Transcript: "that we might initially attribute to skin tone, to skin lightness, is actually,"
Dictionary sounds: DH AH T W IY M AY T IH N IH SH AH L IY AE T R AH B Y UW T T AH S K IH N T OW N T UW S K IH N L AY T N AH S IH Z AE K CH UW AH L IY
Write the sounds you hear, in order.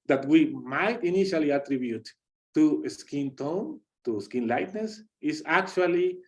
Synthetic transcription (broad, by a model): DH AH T W IY M AY T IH N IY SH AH L IY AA T R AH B Y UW T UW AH S K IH N T OW N T UW S K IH N L AY T N AH S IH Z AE K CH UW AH L IY